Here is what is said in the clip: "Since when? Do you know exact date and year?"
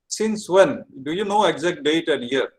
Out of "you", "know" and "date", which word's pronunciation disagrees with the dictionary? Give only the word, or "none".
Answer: none